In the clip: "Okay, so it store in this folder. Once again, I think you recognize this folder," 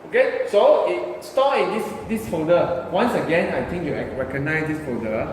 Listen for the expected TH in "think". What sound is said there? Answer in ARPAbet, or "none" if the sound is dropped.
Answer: T